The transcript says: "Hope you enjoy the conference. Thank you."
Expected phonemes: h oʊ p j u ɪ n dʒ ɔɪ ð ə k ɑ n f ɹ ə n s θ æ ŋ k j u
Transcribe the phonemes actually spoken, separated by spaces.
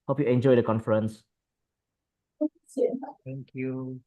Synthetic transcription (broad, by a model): h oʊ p j u ɪ n dʒ ɔɪ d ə k ɑ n f ɹ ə n s s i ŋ k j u